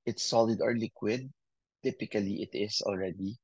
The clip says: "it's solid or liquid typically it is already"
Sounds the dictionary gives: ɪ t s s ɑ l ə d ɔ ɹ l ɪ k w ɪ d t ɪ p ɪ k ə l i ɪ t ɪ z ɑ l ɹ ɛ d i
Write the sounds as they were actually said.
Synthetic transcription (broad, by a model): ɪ t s s ɑ l ə d ɔ ɹ l ɪ k w ɪ d t ɪ p ɪ k ə l i ɪ t ɪ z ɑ l ɹ ɛ d i